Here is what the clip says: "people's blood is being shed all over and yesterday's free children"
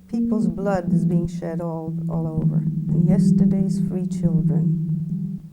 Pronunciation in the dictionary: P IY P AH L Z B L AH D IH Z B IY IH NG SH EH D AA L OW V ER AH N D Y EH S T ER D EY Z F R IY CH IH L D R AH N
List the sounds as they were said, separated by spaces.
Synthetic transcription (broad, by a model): P IY P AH L Z B L AH D IH Z B IY IH NG SH EH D AA L OW V ER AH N Y EH S T ER D EY Z F R IY CH IH L D R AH N